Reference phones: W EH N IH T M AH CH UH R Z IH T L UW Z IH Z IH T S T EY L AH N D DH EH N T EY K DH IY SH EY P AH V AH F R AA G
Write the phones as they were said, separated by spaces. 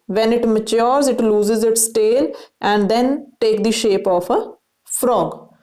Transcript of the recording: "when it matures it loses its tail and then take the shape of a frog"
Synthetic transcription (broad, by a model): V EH N IH T M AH CH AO R Z IH T L UW Z IH Z IH T S T EY L AH N D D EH N T EY K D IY SH EY P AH F AH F R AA G